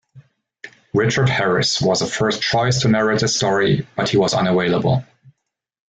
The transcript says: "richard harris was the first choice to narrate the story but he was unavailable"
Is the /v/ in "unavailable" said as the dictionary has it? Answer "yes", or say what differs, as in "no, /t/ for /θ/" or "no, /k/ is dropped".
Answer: no, /w/ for /v/